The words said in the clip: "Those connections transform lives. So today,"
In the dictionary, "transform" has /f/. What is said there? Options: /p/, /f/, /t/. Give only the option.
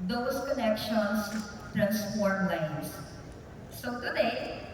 /p/